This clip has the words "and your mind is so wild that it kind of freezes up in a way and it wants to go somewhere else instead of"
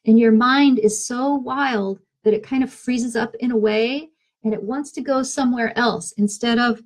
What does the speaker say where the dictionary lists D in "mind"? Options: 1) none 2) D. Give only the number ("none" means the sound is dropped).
2